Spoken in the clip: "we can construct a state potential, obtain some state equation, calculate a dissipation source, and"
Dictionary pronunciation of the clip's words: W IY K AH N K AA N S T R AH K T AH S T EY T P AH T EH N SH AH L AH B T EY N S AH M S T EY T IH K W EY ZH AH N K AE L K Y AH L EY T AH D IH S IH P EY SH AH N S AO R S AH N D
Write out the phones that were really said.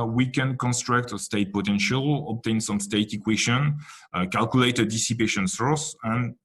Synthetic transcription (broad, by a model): W IY K AH N K AA N S T R AH K T AH S T EY T P AH T EH N SH AH L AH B T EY N S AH M S T EY T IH K W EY SH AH N K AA L K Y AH L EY T AH D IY S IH P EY SH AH N S AO R S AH N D